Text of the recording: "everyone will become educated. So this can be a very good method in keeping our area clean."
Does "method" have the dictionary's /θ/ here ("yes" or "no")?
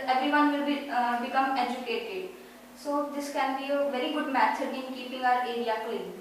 no